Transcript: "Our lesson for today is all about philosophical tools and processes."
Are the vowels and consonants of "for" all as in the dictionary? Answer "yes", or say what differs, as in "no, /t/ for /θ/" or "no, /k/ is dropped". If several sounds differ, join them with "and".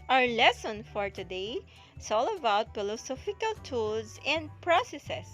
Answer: yes